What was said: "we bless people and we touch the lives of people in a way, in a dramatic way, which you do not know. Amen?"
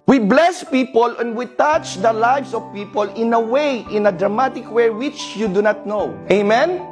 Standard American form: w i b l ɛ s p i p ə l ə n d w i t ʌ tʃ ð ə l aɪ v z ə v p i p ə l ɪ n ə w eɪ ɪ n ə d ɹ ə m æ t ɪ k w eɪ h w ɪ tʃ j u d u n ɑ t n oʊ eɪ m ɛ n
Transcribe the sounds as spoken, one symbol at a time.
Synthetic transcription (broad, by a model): w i b l ɛ s p i p ə l ə n d w i t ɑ tʃ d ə l aɪ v s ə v p i p ə l ɪ n ə w eɪ ɪ n ə d ɹ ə m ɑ t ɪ k w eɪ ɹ w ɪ tʃ j u d u n ɑ t n oʊ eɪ m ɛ n